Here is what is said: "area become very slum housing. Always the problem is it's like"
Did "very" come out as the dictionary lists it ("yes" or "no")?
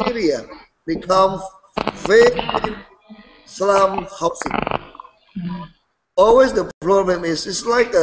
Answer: no